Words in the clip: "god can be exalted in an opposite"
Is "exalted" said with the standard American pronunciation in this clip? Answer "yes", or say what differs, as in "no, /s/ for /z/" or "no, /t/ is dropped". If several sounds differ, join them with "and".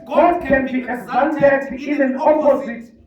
no, /n/ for /l/